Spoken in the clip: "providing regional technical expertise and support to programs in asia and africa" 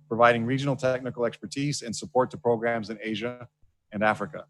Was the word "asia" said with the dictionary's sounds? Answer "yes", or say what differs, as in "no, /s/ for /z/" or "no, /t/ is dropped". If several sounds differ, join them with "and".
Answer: yes